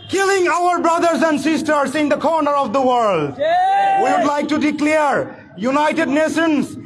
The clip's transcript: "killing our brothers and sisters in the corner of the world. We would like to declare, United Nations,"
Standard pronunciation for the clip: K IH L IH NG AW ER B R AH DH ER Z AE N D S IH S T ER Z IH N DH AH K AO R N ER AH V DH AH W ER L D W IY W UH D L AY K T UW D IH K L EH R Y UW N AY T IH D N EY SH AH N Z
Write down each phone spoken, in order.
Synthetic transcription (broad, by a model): K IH L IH NG AW ER B R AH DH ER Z AE N D S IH S T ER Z IH N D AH K AO R N ER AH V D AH W ER L D W IY W UH D L AY K T UW D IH K L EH R Y UW N AY T IH D N EY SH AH N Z